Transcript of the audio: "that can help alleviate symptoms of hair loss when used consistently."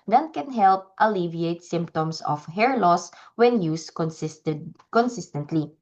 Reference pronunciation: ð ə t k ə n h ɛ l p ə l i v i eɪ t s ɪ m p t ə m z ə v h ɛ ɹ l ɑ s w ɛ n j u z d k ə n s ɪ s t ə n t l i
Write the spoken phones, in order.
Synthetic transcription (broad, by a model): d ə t k ə n h ɛ l p ə l i v i eɪ t s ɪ m p t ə m s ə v h ɛ ɹ l ɑ s w ɛ n j u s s k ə n s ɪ s t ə n t l i